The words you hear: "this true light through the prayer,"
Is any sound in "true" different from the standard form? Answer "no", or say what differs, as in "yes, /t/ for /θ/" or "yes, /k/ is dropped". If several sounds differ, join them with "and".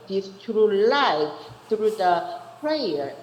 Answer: no